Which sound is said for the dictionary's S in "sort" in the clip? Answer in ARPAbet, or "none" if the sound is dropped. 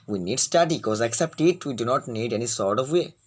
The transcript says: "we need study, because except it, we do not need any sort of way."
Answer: S